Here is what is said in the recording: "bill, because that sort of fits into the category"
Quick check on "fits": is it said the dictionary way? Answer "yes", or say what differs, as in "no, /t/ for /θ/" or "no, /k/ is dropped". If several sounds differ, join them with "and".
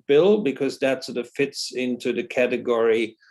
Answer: yes